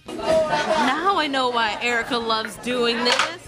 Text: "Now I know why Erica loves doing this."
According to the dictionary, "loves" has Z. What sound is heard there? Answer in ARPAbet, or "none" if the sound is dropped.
Z